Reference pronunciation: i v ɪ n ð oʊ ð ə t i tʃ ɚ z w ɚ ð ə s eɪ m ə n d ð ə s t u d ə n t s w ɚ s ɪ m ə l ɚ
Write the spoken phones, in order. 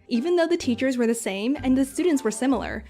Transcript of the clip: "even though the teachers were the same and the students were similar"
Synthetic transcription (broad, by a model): i v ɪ n ð oʊ ð ə t i tʃ ɚ z w ɚ ð ə s eɪ m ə n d ð ə s t u d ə n t s w ɚ s ɪ m l ɚ